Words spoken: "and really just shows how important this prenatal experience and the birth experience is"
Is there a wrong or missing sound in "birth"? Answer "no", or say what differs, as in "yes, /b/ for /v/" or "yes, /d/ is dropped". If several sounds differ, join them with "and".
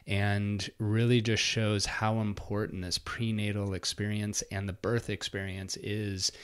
no